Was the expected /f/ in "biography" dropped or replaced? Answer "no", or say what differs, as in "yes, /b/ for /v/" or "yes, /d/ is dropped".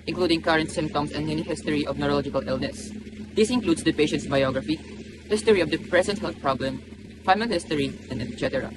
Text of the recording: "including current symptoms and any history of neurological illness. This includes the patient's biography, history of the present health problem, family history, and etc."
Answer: no